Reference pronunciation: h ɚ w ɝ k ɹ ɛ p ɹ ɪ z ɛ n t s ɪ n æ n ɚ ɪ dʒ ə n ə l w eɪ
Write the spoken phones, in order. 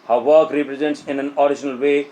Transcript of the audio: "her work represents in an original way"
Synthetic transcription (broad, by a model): h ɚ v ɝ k ɹ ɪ p ɹ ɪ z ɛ n t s ɪ n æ n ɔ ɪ ʃ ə n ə l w eɪ